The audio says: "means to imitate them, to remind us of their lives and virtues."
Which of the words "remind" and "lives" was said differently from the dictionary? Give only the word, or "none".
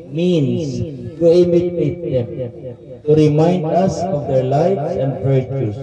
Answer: lives